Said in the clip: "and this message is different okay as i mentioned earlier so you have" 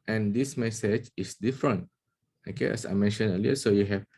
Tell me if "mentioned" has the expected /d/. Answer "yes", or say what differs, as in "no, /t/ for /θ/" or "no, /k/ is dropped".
no, /d/ is dropped